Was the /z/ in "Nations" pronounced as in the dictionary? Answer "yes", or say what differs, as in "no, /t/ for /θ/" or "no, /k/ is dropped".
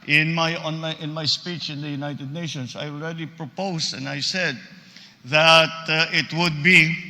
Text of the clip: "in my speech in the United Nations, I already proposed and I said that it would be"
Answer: no, /s/ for /z/